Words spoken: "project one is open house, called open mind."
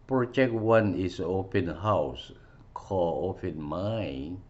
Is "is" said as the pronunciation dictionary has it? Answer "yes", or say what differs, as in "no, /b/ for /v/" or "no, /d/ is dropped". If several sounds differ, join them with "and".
no, /s/ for /z/